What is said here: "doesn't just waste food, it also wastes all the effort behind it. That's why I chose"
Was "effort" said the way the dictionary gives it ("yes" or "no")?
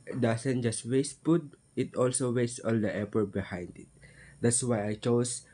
no